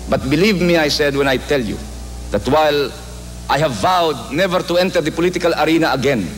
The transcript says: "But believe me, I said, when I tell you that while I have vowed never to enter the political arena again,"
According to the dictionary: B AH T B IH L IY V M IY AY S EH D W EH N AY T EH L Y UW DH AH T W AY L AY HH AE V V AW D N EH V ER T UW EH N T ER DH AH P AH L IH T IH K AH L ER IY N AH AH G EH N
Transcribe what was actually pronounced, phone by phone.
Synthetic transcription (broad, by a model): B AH T B IH L IY V M IY AY S EH D W EH N AY T EH L Y UW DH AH T W AY L AY HH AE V V AW D N EH V ER T UW EH N T ER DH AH P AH L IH T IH K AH L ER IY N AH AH G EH N